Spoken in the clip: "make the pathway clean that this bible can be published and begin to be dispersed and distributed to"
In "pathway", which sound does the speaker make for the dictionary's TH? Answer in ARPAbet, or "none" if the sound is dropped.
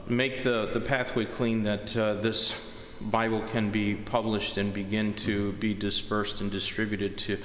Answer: TH